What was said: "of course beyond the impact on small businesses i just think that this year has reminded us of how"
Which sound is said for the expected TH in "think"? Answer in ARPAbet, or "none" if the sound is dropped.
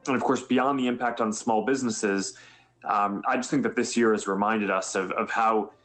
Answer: TH